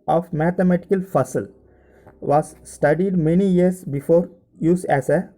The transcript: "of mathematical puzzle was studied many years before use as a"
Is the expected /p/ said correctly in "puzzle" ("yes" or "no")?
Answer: no